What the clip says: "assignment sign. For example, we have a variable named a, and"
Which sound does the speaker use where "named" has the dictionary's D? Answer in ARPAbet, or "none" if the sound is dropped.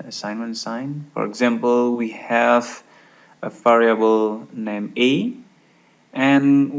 none